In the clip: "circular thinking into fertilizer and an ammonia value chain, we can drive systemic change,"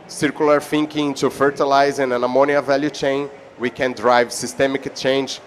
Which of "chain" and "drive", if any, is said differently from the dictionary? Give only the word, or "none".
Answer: none